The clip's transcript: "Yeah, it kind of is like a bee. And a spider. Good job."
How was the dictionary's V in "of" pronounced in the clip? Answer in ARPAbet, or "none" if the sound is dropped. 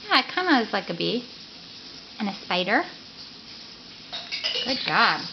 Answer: W